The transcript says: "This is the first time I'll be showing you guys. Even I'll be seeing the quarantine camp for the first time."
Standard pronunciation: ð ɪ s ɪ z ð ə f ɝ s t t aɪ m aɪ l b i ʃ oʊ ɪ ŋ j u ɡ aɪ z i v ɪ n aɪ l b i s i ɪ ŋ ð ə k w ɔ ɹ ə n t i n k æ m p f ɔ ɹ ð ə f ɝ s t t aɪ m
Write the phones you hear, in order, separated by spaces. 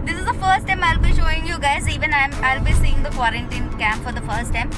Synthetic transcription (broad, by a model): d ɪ s ɪ z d ə f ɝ s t t aɪ m aɪ l b i ʃ oʊ ɪ ŋ j u ɡ aɪ z i v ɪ n aɪ l b i s i ɪ ŋ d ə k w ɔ ɹ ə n t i n k æ m p f ɔ ɹ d ə f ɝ s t t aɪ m